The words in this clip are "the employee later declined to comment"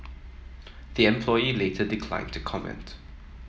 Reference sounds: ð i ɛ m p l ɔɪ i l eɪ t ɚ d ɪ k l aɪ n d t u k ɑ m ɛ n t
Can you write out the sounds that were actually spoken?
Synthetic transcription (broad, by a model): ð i ɛ m p l ɔɪ i l eɪ t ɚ d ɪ k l aɪ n t u k ɑ m ɛ n t